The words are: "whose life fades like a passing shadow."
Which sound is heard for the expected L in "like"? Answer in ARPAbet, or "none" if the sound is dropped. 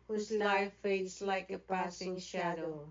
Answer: L